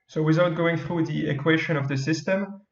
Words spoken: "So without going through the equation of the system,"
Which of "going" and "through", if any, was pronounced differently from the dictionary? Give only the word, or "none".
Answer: none